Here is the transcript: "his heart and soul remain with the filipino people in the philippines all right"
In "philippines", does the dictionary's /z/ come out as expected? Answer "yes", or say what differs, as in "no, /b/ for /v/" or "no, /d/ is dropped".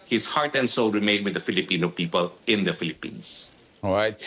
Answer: no, /s/ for /z/